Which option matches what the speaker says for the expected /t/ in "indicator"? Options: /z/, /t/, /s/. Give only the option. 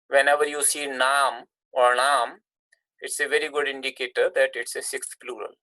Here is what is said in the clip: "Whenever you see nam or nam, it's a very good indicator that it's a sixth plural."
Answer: /t/